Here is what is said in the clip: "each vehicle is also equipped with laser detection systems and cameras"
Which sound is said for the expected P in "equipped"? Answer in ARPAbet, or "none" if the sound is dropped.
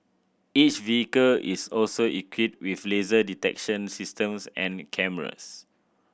none